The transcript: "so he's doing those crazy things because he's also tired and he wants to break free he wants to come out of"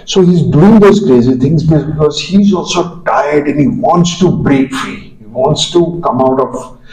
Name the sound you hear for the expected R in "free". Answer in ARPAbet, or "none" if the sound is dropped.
R